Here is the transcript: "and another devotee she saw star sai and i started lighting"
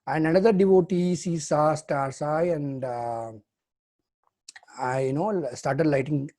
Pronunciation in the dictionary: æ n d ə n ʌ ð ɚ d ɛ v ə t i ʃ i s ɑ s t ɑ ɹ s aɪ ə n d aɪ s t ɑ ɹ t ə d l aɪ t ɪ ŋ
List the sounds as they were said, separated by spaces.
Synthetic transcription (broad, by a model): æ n d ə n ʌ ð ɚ d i v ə t i s i s ɑ s t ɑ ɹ s aɪ ə n d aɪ s t ɑ ɹ t ə d l aɪ t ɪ ŋ